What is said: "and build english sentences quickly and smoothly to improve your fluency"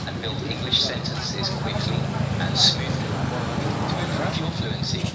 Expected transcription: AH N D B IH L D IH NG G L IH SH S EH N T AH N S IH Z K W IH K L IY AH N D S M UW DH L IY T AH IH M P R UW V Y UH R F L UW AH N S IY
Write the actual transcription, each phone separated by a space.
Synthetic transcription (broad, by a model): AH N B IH L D IH NG G L IH SH S EH N T AH N S IH Z K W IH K L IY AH N S M UW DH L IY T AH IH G R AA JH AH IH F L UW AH N S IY